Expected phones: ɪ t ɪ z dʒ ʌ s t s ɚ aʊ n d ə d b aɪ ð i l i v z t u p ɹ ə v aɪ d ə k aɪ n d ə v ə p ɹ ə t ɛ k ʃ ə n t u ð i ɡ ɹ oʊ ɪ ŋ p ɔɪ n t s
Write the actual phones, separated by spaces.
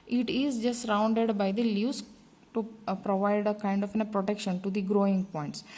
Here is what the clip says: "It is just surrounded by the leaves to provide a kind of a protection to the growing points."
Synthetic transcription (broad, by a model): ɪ t ɪ z dʒ ʌ s t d aʊ n d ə d b aɪ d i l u z t u p ɹ ə v aɪ d ə k aɪ n d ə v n p ɹ ə t ɛ k ʃ ə n t u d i ɡ ɹ oʊ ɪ ŋ p ɔɪ n t s